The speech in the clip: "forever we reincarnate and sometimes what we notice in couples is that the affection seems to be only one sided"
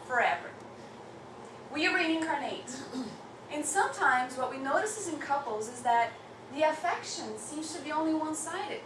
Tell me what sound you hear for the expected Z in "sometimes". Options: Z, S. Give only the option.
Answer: Z